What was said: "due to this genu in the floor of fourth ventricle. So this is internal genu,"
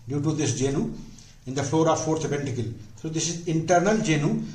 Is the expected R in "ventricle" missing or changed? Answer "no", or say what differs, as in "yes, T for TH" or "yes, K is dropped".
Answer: yes, R is dropped